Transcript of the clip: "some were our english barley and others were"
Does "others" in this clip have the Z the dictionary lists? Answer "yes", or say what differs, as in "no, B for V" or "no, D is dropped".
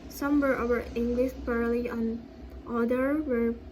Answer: no, Z is dropped